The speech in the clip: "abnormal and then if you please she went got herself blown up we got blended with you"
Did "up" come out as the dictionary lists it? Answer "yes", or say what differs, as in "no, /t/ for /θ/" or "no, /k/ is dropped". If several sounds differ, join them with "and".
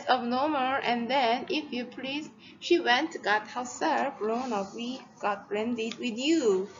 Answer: no, /f/ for /p/